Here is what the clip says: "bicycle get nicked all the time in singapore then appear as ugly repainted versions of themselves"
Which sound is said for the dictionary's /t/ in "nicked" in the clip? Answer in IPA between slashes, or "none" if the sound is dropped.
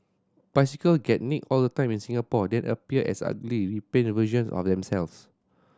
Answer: none